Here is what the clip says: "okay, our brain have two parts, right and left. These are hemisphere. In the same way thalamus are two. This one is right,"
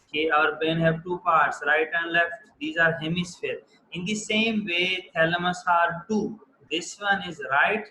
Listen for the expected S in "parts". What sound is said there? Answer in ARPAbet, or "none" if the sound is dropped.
S